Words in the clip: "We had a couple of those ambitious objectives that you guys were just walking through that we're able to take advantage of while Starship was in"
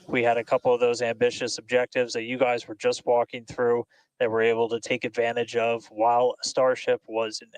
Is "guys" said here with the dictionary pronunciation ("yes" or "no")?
yes